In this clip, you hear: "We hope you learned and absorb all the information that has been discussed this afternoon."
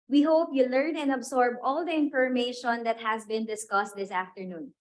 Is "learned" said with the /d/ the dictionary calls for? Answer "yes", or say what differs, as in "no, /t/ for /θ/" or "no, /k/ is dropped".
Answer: no, /d/ is dropped